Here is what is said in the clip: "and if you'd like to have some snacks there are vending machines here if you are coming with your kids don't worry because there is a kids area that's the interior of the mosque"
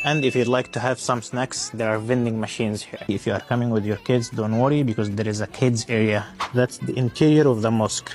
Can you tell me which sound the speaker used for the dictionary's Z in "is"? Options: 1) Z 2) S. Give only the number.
1